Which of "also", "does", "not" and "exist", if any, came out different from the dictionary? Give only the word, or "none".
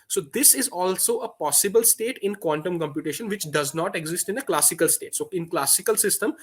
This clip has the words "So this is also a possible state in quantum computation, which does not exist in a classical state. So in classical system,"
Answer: none